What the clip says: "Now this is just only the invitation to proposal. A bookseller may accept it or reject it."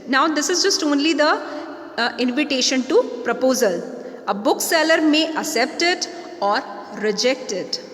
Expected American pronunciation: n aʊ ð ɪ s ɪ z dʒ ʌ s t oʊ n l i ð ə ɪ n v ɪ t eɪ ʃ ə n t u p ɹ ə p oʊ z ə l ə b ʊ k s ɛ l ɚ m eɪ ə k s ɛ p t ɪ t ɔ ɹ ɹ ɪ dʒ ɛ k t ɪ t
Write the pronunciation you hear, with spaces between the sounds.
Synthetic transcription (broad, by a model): n aʊ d ɪ s ɪ z dʒ ʌ s t oʊ n l i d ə ɪ n v ɪ t eɪ ʃ ə n t u p ɹ ə p oʊ z ə l ə b ʊ k s ɛ l ɚ m eɪ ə s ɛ p t ɪ t ɔ ɹ ɹ ɪ dʒ ɛ k t ɪ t